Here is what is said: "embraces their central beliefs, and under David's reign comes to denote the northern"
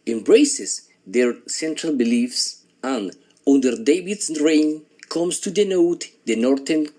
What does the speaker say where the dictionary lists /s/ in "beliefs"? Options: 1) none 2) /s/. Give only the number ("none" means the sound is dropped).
2